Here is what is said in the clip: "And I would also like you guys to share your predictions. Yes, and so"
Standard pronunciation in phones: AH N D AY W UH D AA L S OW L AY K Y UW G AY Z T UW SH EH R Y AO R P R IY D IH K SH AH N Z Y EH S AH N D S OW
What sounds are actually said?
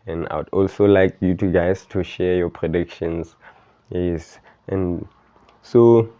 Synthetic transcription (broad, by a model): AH N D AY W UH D AA L S OW L AY K Y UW G AY S T UW SH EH Y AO P R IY D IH K SH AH N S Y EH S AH N S OW